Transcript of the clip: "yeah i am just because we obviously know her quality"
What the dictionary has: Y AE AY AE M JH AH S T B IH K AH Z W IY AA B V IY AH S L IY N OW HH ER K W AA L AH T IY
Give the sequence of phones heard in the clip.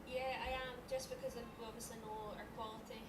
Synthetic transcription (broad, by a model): Y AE AY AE M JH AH S B IH K AH Z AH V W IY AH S IY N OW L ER K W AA L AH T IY